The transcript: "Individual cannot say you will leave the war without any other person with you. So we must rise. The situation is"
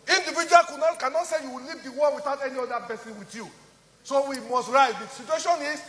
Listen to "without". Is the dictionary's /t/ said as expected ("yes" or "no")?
yes